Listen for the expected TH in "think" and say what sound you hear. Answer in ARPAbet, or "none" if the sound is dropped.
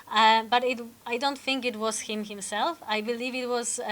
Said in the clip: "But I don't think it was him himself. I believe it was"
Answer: TH